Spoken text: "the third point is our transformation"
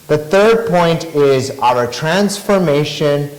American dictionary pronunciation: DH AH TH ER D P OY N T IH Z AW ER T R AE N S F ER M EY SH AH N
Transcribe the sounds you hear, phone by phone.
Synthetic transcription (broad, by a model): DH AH TH ER D P OY N T IH Z AW ER T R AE N S F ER M EY SH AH N